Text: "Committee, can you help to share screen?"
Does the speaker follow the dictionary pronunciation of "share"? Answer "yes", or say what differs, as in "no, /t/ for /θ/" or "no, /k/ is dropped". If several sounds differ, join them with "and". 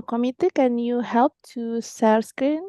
no, /s/ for /ʃ/